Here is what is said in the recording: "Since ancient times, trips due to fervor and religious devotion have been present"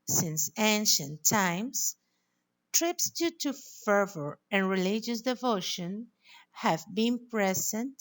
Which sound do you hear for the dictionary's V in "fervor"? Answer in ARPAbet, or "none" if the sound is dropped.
V